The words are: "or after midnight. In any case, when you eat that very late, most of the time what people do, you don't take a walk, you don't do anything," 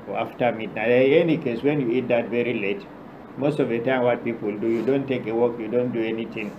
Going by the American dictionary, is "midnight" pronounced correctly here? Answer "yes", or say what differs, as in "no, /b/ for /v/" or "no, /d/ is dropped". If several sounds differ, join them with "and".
no, /t/ is dropped